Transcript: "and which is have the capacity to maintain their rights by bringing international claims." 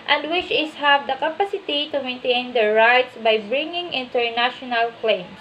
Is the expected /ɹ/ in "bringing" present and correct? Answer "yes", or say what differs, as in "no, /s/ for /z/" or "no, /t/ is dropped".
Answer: yes